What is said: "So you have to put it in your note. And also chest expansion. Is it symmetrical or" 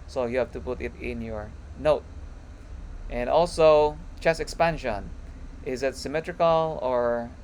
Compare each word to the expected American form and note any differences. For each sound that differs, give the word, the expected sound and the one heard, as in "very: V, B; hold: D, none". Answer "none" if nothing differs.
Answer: chest: T, none